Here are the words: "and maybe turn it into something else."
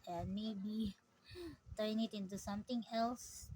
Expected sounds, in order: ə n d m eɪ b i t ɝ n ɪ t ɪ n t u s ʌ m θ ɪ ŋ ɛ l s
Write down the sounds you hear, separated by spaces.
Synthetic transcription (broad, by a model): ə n m eɪ b i t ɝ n ɪ t ɪ n t u s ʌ m t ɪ ŋ ɛ l s